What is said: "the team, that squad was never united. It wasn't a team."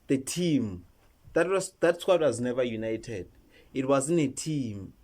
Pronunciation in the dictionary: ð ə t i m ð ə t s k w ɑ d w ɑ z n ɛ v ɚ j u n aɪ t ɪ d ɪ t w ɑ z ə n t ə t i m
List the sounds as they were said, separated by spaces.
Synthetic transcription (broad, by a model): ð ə t i m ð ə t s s w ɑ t w ɑ z n ɛ v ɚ j u n aɪ t ɪ d ɪ t w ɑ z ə n ə t i m